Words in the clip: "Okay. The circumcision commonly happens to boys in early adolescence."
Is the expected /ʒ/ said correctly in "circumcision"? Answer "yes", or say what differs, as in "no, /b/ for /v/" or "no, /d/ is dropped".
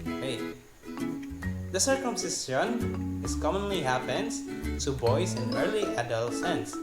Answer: no, /s/ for /ʒ/